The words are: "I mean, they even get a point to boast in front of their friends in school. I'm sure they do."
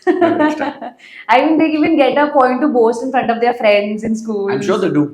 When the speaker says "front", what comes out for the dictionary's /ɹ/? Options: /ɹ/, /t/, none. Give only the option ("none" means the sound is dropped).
/ɹ/